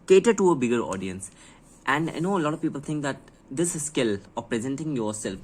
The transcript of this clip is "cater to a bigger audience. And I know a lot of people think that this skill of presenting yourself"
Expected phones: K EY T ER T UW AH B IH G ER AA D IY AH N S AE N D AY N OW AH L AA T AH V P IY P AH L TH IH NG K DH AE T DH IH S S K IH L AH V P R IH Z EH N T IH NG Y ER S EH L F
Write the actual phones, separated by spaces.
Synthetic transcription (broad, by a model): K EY T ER T UW AH B IH G ER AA D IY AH N S AE N D AY N OW AH L AA T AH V P IY P AH L T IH NG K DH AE T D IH S S K IH L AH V P R IH Z EH N T IH NG Y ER S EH L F